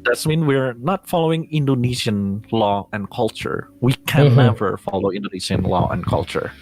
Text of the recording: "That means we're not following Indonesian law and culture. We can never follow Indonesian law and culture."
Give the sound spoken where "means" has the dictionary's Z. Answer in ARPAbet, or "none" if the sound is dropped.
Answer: none